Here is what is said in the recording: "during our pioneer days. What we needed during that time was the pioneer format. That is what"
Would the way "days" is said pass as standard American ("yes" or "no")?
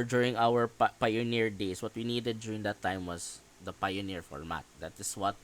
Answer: no